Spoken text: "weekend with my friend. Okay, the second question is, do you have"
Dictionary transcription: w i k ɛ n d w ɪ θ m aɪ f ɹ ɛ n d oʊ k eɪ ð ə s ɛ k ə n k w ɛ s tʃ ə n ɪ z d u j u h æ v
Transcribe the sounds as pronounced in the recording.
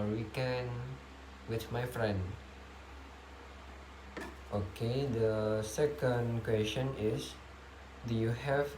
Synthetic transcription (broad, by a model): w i k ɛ n w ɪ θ m aɪ f ɹ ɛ n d oʊ k eɪ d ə s ɛ k ə n k w ɛ s tʃ ə n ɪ s d u j u h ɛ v